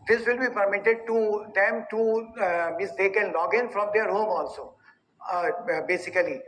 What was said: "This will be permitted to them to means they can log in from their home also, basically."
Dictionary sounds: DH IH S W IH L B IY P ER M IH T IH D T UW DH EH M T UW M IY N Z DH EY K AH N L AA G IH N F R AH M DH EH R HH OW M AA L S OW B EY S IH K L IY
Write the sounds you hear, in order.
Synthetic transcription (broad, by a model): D IH S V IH L B IY P ER M IH T IH D T UW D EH M T UW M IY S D EY K AH N L AA G IH N F R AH M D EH R HH OW M AA L S OW B EY S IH K L IY